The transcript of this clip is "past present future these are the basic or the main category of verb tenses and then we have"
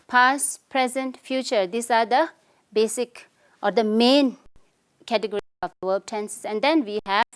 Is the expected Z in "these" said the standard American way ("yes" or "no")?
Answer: no